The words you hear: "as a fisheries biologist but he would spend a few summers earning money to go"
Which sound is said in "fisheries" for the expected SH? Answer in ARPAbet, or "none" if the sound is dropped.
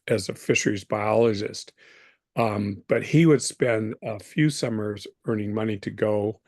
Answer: SH